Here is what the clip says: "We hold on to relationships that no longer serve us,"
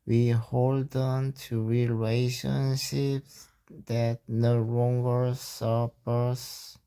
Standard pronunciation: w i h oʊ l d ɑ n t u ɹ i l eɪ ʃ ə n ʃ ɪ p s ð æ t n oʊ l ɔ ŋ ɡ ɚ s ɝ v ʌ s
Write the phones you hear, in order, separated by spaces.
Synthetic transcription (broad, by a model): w i h oʊ l d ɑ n t u ɹ i l eɪ ʃ ə n ʃ ɪ p s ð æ t n oʊ l ɔ ŋ ɡ ɚ s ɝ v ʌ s